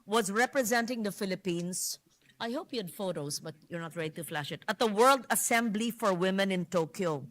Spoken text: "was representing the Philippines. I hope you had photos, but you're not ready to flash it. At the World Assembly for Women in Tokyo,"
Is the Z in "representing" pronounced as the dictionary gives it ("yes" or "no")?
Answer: yes